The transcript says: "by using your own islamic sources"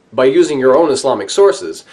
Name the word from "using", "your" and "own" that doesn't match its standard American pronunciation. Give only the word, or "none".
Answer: none